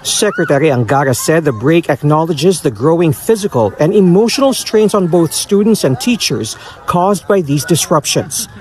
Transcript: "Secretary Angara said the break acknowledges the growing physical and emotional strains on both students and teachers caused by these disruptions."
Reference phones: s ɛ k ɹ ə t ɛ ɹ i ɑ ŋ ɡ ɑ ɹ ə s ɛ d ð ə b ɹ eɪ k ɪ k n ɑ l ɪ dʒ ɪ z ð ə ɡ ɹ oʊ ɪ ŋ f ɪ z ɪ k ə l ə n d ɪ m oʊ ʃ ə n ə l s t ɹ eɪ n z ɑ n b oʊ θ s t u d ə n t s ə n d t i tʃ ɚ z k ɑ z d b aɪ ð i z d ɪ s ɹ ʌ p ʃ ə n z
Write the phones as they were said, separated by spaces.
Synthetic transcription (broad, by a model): s ɛ k ɹ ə t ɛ ɹ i ɑ ŋ ɡ ɑ ɹ ə s ɛ d ð ə b ɹ eɪ k ɪ k n ɑ l ɪ dʒ ɪ z ð ə ɡ ɹ oʊ ɪ ŋ f ɪ z ɪ k ə l ə n d ɪ m oʊ ʃ ə n ə l s t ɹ eɪ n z ɑ n b oʊ θ s t u d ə n t s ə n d t i tʃ ɚ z k ɑ z d b aɪ ð i z d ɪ s ɹ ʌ p ʃ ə n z